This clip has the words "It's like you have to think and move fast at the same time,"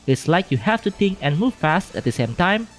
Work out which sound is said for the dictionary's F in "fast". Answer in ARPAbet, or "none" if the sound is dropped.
F